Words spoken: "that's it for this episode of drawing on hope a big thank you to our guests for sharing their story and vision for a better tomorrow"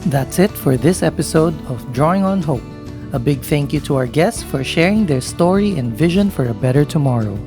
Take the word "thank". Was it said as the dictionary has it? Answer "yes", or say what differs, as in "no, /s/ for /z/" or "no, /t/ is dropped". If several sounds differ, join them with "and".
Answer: yes